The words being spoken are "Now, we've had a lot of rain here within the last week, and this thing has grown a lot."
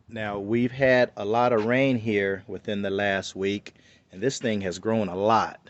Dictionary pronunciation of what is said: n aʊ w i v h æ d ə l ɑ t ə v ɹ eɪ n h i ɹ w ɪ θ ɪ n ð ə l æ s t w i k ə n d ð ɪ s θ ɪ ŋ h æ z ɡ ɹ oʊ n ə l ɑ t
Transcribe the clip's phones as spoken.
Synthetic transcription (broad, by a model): n aʊ w i v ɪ d ə l ɑ t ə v ɹ eɪ n h i ɹ w ɪ θ ɪ n ð ə l æ s t w i k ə n ð ɪ s θ ɪ ŋ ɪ z ɡ ɹ oʊ n ə l ɑ t